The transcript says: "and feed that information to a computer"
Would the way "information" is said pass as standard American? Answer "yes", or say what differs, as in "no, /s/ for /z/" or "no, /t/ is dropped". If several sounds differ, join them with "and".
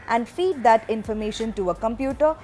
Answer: yes